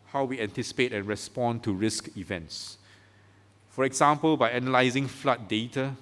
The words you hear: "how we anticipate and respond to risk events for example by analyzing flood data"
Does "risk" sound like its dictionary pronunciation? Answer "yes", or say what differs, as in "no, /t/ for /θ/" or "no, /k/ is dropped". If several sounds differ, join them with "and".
yes